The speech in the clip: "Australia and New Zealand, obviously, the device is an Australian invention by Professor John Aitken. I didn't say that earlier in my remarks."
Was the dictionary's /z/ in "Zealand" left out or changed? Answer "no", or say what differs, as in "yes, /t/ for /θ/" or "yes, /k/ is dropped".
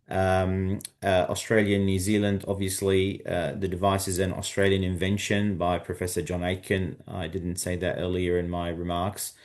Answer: no